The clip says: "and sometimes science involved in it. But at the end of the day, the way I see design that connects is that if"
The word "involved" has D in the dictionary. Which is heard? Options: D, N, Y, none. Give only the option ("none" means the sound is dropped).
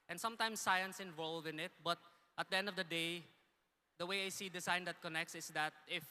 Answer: none